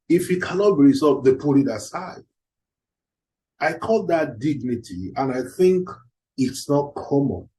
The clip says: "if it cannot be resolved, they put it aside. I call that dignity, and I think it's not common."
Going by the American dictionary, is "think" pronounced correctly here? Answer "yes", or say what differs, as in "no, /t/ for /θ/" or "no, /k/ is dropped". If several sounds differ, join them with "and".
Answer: yes